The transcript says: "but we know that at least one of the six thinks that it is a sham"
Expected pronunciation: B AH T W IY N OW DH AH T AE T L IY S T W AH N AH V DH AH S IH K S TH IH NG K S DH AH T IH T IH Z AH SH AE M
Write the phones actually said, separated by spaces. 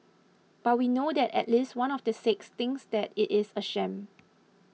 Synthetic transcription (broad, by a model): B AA T W IY N OW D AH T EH T L IY S T W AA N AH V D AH S IH K S T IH NG S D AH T IH T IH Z AH SH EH M